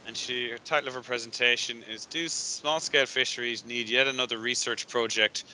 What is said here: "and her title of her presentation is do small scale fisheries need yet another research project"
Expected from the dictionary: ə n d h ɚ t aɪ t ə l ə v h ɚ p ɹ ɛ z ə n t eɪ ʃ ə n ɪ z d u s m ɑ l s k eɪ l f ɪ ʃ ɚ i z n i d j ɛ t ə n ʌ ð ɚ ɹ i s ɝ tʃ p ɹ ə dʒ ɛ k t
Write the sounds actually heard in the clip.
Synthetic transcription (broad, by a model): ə n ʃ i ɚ t aɪ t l ə v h ɚ p ɹ ɛ z ə n t eɪ ʃ ə n ɪ z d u s m ɑ l s k eɪ l f ɪ ʃ ɚ i z n i d j ɛ t ə n ʌ ð ɚ ɹ i s ɝ tʃ p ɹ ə dʒ ɛ k t